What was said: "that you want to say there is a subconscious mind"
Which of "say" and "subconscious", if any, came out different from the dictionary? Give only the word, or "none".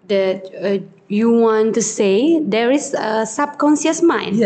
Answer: subconscious